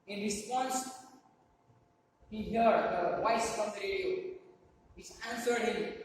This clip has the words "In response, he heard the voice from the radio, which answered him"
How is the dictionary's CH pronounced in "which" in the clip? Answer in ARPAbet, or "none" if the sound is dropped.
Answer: S